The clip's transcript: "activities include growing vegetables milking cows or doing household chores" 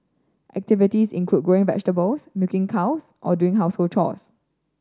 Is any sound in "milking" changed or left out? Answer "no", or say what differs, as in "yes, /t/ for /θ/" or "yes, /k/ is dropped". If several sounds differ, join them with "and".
yes, /l/ is dropped